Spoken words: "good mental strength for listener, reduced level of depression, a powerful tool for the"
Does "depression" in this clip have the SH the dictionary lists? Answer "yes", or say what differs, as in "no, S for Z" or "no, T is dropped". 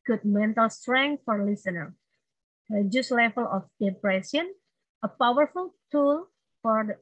no, S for SH